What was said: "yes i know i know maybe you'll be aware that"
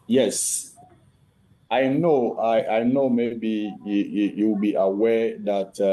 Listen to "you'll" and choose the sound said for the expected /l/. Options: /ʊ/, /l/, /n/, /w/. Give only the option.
/w/